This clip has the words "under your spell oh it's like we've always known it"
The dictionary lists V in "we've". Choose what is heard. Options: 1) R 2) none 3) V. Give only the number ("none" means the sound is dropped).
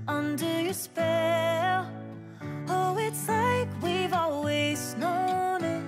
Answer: 3